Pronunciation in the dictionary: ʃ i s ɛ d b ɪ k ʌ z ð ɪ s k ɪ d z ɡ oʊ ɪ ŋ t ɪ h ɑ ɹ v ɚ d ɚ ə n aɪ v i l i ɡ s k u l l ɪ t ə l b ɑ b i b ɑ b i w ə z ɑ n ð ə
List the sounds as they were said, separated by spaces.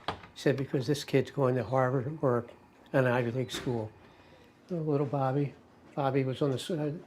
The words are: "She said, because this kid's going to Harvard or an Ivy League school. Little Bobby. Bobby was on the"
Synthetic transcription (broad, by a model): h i s ɛ d b ɪ k ʌ z ð ɪ s k ɪ d z ɡ oʊ ɪ ŋ t ɪ h ɑ ɹ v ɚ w ɚ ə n aɪ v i l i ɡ s k u l l ɪ t l b ɑ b i b ɑ b i w ə z n ð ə